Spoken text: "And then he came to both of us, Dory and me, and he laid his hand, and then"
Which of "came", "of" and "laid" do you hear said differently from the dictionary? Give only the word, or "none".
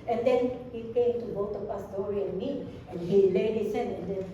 of